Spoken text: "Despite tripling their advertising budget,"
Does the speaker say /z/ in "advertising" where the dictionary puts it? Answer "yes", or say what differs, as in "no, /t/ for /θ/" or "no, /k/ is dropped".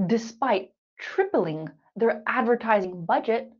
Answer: yes